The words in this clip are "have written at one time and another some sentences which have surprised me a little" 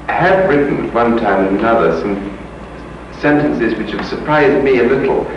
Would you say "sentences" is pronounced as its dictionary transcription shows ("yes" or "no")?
yes